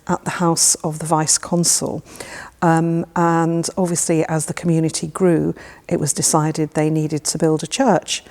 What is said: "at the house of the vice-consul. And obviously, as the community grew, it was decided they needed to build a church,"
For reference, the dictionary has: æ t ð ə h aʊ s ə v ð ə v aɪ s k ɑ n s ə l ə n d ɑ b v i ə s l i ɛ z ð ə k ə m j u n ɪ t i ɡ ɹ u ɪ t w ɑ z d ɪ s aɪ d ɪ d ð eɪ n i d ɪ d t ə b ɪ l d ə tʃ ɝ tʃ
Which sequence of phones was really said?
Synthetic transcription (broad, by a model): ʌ t ð ə h aʊ s ə v ð ə v aɪ s k ɑ n s ə l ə n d ɑ b v i ə s l i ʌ z ð ə k ə m j u n ɪ t i ɡ ɹ u ɪ t w ɑ z d ɪ s aɪ d ɪ d ð eɪ n i d ɪ d t ə b ɪ l d ə tʃ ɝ tʃ